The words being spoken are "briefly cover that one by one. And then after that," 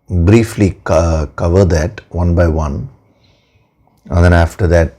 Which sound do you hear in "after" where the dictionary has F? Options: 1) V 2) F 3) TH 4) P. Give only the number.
2